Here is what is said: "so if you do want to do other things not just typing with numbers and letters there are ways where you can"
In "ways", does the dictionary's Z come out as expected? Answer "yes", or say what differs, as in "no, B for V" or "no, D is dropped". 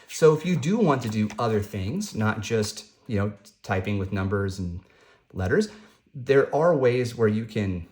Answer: yes